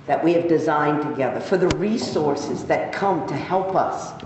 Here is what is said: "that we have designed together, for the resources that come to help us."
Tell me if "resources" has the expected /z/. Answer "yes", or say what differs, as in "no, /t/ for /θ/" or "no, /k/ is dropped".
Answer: yes